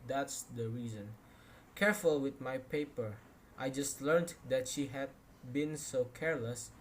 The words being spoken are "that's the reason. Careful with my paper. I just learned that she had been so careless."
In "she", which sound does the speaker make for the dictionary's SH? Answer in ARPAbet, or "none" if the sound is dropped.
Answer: SH